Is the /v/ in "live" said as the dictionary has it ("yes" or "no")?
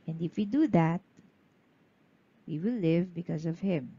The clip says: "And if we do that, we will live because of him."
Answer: yes